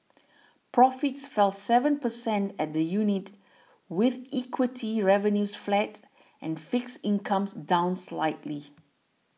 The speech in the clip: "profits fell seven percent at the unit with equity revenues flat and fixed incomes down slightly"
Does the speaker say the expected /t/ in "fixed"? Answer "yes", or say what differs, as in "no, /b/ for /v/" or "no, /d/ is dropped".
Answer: no, /t/ is dropped